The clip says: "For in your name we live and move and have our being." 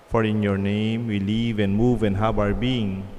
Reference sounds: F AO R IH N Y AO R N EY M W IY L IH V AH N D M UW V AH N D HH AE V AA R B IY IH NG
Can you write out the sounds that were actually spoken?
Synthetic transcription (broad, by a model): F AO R IH N Y AO R N EY M W IY L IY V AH N M UW V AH N HH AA B AA R B IY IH NG